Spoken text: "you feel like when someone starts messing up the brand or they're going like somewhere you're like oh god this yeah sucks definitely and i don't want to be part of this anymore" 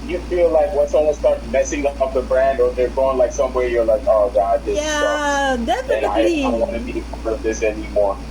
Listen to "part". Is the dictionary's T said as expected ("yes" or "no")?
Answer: no